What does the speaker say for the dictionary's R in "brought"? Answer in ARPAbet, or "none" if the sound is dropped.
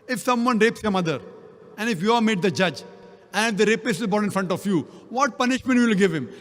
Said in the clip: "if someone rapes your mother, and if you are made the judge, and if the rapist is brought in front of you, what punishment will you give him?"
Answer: none